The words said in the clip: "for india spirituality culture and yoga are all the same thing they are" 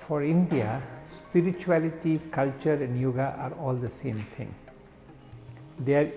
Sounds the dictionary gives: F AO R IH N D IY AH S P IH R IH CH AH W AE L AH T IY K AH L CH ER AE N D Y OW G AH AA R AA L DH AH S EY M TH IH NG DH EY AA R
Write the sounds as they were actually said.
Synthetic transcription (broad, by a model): F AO R IH N D IY AH S P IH R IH CH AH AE L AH T IY K AH L CH ER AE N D Y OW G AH AA R AA L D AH S EY M T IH NG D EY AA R